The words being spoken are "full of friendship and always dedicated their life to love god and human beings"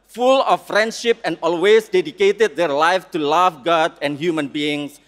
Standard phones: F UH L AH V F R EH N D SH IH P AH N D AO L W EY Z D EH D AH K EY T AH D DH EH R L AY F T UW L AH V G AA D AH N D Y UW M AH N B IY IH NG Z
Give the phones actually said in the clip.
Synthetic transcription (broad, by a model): F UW L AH F R EH N D SH IH P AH N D AO L W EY S D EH D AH K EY T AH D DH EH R L AY F T UW L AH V G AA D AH N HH Y UW M AH N B IY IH NG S